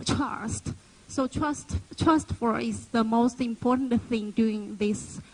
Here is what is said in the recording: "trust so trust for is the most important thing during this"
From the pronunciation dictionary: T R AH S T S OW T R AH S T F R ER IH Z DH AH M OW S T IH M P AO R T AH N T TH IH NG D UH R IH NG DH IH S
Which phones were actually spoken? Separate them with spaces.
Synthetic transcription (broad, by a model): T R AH S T S OW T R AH S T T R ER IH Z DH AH M OW S T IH M P AO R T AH N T TH IH NG D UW IH NG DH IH S